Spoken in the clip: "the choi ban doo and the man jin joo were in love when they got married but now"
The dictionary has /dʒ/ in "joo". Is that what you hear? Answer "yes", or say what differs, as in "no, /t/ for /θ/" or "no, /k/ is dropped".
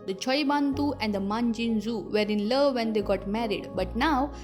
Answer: no, /z/ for /dʒ/